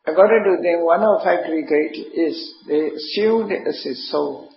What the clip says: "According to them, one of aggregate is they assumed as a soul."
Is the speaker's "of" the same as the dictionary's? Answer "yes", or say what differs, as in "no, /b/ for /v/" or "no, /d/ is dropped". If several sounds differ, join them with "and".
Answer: no, /f/ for /v/